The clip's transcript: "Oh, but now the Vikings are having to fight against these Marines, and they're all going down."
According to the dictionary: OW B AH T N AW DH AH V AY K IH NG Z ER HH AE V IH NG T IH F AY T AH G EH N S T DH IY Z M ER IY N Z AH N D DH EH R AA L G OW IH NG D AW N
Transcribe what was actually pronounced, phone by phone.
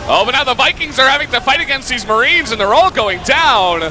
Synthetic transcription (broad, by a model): OW B AH T N AW DH AH V AY K IH NG Z ER HH AE V IH NG T IH F AY T AH G EH N S T DH IY Z M ER IY N Z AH N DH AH R AA L G OW IH NG D AW N